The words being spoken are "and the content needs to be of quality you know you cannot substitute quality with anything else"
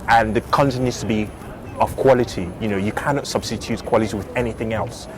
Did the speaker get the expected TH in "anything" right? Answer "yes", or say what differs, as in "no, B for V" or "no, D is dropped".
yes